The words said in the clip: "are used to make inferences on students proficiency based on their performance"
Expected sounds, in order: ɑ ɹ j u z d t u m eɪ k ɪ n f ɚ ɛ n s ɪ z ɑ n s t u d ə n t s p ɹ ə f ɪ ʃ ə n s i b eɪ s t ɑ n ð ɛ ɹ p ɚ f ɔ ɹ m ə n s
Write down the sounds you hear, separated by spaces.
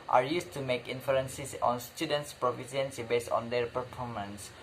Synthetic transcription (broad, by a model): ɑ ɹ j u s t u m eɪ k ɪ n f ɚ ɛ n s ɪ s ɑ n s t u d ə n t s p ɹ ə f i s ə n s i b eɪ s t ɑ n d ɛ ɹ p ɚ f ɔ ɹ m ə n s